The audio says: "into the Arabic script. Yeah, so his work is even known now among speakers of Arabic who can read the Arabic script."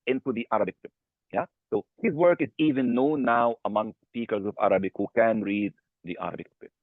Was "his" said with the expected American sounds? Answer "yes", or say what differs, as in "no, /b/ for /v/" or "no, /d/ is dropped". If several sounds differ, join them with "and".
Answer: yes